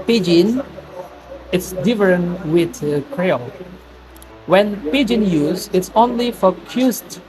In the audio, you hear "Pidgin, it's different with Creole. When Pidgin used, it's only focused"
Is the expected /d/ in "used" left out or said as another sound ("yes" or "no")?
yes